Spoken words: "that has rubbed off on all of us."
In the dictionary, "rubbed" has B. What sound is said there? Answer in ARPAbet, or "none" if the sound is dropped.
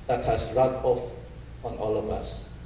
none